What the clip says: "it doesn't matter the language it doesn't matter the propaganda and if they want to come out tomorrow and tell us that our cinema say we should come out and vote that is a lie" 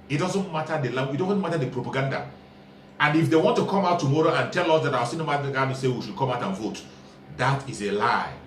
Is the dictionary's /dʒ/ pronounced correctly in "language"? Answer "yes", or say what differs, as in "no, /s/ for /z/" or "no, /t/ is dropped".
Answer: no, /dʒ/ is dropped